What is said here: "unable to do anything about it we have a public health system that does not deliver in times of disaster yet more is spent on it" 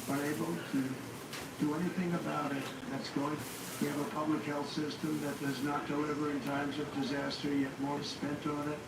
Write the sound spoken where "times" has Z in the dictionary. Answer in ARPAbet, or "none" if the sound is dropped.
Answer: Z